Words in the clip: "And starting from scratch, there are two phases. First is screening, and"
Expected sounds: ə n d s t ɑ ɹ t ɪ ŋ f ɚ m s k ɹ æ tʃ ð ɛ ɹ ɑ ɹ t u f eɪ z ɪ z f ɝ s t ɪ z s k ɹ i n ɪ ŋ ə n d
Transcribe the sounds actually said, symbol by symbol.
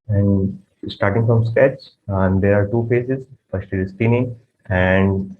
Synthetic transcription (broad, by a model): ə n d s t ɑ ɹ t ɪ ŋ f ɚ m s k æ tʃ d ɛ ɹ ɑ ɹ t u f eɪ s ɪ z f ɝ s t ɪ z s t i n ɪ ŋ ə n d